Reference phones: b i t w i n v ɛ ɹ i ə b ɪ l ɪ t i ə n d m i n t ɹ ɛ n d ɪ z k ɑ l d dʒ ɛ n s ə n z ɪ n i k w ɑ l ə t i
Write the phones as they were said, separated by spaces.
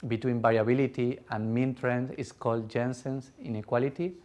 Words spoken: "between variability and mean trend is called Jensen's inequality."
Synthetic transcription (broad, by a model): b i t w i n b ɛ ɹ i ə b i l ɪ t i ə n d m i n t ɹ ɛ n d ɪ s k ɑ l d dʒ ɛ n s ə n s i n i k w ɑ l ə t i